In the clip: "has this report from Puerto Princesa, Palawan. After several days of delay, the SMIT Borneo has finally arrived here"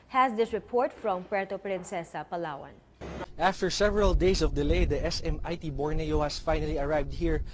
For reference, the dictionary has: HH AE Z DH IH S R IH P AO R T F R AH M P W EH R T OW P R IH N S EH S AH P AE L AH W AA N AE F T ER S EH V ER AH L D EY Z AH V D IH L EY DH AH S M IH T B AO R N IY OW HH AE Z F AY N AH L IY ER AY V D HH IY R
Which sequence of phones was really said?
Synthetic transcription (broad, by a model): HH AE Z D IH S R IH P AO R T F R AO M P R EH T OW P R IH N S EH S AH P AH L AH W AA N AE F T ER S EH V ER AH L D EY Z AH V D IH L EY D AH S M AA T B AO R N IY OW HH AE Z F AY N AH L IY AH AY V D HH IY R